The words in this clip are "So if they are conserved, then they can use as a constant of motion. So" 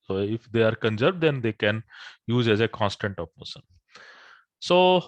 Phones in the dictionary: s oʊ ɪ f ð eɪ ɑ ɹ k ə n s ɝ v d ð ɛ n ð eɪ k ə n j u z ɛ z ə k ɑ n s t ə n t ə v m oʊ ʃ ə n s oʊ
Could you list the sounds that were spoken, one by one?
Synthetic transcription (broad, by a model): s oʊ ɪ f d eɪ ɑ ɹ k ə n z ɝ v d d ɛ n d eɪ k ə n j u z ɛ z ə k ɑ n s t ə n t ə p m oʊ s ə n s oʊ